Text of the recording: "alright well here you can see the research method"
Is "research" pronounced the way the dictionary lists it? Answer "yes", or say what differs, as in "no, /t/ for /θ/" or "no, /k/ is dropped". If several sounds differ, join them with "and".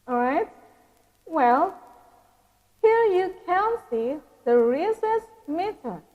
no, /s/ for /tʃ/